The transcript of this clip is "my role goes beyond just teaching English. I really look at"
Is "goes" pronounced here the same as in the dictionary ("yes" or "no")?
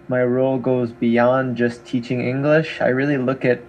yes